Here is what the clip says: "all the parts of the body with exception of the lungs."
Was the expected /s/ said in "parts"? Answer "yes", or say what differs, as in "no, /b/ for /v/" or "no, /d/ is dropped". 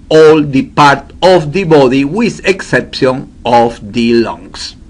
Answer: no, /s/ is dropped